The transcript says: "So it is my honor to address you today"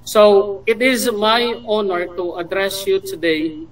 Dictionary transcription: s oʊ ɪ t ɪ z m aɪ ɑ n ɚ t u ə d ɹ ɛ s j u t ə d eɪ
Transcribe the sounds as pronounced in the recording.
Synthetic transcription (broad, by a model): s oʊ ɪ t ɪ z m aɪ ɑ n ɚ t u ə d ɹ ɛ s j u t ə d eɪ